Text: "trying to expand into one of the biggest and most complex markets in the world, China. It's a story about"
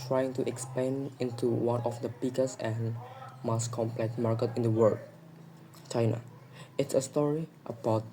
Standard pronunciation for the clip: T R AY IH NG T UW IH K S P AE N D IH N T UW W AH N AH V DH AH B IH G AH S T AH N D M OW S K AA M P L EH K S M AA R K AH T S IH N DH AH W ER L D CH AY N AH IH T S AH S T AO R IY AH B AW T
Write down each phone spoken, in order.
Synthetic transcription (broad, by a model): T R AY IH NG T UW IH K S P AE N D IH N T UW W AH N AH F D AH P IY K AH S AH N M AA S K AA M P L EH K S M AA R K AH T IH N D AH W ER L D CH AY N AH IH T S AH S T AO R IY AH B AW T